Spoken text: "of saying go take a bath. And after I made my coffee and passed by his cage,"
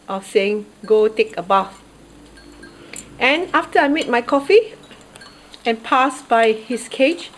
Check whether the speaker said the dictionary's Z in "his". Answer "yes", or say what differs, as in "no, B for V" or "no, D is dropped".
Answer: no, S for Z